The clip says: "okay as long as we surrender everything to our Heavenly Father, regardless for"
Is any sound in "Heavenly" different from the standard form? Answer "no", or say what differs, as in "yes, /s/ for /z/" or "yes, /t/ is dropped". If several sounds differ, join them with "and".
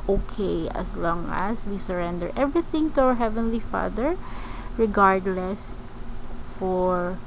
no